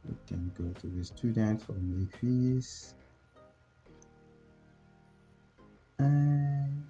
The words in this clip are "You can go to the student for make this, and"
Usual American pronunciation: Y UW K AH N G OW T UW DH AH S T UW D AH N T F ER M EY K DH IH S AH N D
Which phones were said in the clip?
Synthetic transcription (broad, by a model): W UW K AH N G OW T UW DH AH S T UW D AH N T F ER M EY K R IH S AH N